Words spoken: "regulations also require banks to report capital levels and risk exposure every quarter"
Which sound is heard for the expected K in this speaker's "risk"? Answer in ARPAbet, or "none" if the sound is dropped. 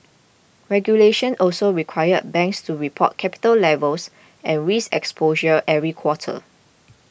none